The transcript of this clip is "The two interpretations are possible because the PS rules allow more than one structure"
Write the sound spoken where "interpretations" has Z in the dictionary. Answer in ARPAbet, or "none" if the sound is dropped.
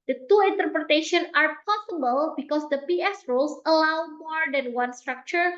none